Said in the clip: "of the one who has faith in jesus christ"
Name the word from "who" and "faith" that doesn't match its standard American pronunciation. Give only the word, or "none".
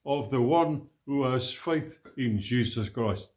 none